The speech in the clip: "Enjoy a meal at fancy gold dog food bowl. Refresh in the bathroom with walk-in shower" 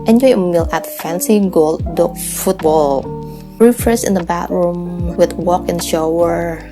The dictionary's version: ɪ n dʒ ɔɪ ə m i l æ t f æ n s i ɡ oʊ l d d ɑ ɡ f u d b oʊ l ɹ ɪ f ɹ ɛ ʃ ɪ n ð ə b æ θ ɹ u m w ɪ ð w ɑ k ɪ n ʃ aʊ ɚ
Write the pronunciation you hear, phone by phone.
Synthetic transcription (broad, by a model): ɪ n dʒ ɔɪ ə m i l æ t f æ n s i ɡ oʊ l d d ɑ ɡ f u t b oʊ l ɹ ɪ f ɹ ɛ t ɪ n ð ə b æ t ɹ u m w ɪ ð w ɑ k ɪ n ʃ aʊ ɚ